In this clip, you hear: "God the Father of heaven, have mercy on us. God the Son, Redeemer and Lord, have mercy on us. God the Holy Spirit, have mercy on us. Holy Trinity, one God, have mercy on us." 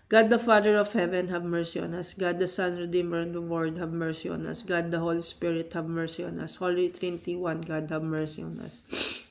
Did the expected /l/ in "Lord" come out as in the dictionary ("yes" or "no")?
no